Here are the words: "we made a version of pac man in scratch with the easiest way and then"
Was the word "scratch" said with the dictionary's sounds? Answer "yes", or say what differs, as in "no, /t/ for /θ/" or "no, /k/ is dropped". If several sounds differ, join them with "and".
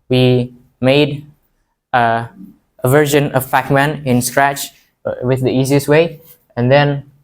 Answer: yes